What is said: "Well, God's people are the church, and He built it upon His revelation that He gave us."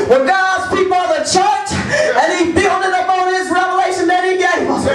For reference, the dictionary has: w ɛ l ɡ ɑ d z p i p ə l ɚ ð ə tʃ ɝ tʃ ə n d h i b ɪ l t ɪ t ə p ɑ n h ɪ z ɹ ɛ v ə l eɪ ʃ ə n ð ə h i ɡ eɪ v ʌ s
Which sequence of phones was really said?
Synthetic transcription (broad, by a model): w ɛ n ɡ ɑ d z p i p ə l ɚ ð ə tʃ ɝ tʃ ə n i b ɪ l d ɪ t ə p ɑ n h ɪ z ɹ ɛ v ə l eɪ ʃ ə n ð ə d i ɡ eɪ ɪ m